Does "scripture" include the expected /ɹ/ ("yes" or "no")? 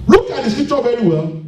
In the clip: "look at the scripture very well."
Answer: no